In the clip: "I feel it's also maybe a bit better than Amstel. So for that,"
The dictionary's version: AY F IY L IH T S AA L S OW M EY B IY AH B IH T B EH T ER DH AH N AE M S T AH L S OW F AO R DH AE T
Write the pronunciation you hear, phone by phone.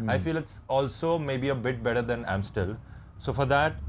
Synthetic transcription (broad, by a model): AY F IY L IH T S AA L S OW M EY B IY AH B IH T B EH T ER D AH N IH M S T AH L S OW F AO R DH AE T